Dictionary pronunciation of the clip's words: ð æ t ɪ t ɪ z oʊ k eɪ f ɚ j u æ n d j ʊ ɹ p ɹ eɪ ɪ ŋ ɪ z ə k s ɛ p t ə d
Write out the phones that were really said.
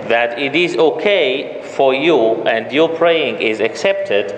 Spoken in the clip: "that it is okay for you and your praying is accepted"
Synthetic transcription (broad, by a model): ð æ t ɪ t ɪ z oʊ k eɪ f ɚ j u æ n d j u p ɹ eɪ ɪ ŋ ɪ z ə k s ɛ p t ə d